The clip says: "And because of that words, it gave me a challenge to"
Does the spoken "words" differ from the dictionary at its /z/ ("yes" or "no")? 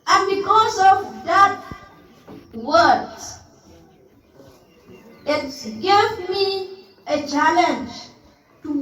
yes